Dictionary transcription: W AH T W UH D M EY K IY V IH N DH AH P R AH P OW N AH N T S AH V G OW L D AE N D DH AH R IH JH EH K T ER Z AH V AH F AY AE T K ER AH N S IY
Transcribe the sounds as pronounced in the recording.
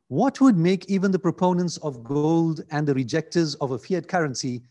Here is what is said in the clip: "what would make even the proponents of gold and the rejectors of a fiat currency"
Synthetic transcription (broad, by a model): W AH T W UH D M EY K IY V IH N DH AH P R AH P OW N AH N T S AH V G OW L D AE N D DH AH R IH JH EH K T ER Z AH V AH F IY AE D K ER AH N S IY